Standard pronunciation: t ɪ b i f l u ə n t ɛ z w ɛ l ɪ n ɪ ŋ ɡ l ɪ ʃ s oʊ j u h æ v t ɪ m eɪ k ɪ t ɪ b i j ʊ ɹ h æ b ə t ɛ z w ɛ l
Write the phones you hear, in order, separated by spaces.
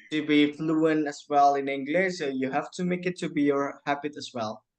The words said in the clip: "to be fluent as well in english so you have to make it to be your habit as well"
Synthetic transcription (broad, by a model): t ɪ b i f l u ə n ɛ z w ɛ l ɪ n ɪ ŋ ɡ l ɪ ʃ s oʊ j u h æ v t ɪ m eɪ k ɪ t ɪ b i j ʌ ɹ h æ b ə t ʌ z w ɛ l